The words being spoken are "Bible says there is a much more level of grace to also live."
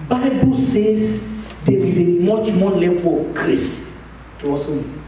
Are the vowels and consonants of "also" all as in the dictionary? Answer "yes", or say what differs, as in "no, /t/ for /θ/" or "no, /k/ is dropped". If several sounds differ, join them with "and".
no, /l/ is dropped